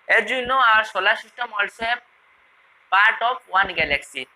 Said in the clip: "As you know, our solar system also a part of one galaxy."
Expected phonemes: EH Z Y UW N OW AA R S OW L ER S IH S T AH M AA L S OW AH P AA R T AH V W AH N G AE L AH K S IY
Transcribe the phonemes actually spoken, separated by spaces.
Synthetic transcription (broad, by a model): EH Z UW N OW AA R S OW L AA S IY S T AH M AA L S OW AH P AA R T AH P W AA N G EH L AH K S IY